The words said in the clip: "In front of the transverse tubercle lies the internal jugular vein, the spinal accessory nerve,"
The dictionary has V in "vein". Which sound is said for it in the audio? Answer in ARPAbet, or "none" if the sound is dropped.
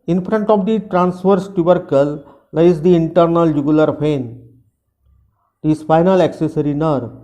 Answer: P